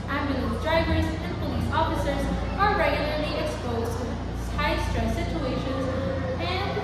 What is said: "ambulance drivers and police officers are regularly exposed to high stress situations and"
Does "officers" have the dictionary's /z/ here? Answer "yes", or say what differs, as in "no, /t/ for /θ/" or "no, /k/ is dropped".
yes